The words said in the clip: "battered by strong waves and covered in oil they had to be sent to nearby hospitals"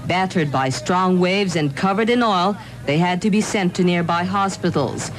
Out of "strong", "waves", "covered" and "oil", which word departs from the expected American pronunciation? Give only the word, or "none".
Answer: none